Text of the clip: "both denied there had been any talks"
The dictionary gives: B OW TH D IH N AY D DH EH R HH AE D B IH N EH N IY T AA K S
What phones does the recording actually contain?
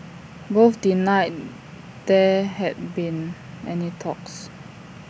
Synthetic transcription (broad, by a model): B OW F D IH N AY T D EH HH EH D B IH N EH N IY T AA K S